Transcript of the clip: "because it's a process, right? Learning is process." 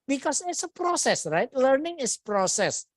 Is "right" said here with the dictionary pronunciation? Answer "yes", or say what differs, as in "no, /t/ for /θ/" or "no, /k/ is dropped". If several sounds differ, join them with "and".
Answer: yes